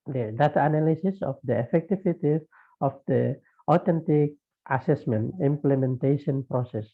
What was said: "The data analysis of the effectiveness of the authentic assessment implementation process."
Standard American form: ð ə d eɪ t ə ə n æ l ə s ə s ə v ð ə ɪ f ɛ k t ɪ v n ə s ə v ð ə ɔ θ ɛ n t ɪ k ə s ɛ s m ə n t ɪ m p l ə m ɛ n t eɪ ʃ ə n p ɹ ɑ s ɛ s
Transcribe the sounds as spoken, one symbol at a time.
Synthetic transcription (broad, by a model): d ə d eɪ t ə n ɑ l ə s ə s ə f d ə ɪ f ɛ k t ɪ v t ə ə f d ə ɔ t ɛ n t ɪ k ə s ɛ s m ə n t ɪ m p l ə m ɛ n t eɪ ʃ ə n p ɹ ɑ s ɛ s